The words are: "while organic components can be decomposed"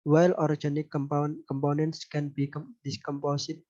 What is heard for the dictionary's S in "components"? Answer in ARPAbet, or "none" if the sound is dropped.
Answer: S